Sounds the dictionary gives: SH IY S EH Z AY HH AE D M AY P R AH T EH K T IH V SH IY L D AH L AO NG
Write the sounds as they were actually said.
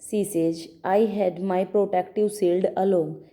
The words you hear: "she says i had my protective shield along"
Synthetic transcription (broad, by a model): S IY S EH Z AY HH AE D M AY P R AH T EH K T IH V S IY L D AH L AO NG